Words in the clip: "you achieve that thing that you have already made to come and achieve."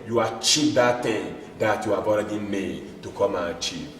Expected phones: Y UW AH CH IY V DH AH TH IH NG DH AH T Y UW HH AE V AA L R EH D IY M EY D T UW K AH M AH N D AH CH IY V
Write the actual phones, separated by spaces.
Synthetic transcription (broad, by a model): Y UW AH CH IY V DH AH T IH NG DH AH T Y UW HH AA V AA L R EH D IY M EY D T UW K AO M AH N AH CH IY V